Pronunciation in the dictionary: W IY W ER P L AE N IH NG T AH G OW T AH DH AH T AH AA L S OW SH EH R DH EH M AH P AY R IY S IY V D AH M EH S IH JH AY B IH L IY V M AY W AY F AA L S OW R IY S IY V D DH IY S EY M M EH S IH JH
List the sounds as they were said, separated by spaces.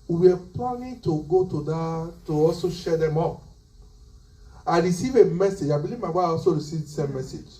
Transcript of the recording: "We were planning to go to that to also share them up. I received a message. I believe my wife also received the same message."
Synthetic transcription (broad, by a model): W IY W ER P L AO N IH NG T AH G OW T AH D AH T AH AA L S OW SH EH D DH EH M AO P AY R IY S IY V AH M EH S IH JH AY B IH L IY V M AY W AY AA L S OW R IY S IY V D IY S EY M M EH S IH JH